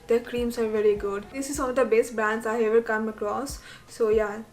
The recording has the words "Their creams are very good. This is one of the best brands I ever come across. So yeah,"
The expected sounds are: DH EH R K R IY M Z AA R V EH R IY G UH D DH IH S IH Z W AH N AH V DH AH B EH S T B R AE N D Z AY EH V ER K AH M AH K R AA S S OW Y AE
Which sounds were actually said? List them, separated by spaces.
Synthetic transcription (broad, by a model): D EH K R IY M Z AA R V EH R IY G UH D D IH S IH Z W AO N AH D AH B EH S T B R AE N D S AY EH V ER K AH M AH K R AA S S OW Y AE